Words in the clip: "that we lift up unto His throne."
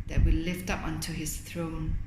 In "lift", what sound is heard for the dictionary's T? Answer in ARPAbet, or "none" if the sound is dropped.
T